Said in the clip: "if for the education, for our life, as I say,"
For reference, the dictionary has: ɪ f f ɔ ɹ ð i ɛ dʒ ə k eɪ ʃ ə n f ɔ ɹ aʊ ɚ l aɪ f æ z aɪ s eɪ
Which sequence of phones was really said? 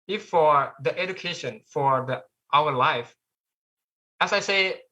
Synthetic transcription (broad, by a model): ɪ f f ɔ ɹ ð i ɛ dʒ ə k eɪ ʃ ə n f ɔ ɹ aʊ ɚ l aɪ f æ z aɪ s eɪ